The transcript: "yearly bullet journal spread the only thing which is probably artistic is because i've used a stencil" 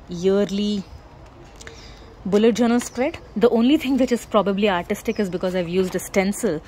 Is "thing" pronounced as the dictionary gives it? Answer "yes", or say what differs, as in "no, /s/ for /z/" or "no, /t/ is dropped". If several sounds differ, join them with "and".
no, /t/ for /θ/